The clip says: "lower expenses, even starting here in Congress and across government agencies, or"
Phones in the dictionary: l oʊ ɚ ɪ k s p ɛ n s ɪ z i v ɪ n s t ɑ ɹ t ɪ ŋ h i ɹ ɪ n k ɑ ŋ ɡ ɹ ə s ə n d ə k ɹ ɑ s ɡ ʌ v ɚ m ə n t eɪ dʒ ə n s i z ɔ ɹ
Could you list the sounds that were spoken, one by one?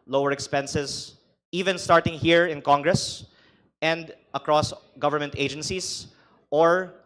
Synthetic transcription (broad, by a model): l oʊ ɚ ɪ k s p ɛ n s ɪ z i v ɪ n s t ɑ ɹ t ɪ ŋ h i ɹ ɪ n k ɑ ŋ ɡ ɹ ə s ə n d ə k ɹ ɑ s ɡ ʌ v ɚ m ə n t eɪ dʒ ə n s i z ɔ ɹ